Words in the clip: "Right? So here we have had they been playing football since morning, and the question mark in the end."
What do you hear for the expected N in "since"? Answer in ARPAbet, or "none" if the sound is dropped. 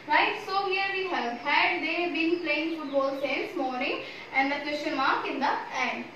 none